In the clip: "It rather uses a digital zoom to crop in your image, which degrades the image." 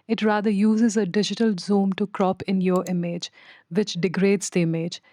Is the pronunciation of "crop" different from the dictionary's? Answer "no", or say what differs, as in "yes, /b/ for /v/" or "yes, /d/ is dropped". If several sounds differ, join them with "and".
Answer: no